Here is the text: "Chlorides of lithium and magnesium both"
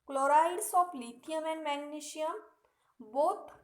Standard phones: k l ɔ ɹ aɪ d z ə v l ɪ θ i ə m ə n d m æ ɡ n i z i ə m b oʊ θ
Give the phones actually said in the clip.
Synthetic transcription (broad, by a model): k l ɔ ɹ aɪ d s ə p l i t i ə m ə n m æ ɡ n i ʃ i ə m b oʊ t